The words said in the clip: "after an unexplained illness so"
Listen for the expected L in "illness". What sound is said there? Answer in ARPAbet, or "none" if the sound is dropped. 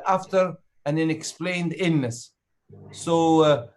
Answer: none